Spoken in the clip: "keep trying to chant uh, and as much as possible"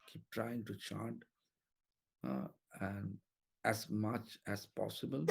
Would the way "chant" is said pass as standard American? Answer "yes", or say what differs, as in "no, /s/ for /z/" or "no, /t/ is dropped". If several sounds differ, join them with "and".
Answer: no, /n/ is dropped